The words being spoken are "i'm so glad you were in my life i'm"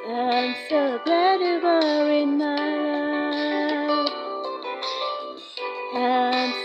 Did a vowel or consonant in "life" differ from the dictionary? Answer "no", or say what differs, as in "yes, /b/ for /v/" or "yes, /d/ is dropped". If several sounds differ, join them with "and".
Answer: yes, /f/ is dropped